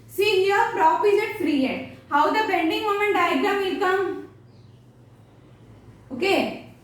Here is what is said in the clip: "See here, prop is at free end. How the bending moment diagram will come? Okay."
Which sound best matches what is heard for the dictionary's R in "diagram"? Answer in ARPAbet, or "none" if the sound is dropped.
none